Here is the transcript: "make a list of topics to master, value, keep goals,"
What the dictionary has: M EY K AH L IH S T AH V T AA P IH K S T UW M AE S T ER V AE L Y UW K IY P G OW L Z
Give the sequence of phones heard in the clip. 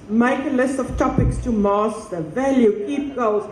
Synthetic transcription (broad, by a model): M EY K AH L IH S T AH V T AA P IH K S T UW M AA S T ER V AE L Y UW K IY P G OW L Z